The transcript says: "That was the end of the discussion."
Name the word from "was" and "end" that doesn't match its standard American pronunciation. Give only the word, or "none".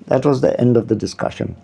none